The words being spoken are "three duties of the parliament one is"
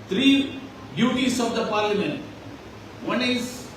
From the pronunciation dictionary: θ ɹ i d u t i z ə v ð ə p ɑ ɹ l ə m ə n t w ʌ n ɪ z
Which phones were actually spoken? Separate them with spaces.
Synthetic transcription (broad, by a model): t ɹ i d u t i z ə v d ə p ɑ ɹ l ə m ə n t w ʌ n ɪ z